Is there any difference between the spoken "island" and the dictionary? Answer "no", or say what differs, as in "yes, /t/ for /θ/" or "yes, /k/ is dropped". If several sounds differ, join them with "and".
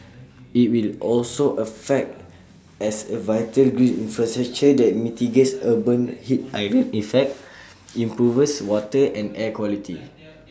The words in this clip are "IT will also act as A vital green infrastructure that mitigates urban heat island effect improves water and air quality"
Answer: yes, /d/ is dropped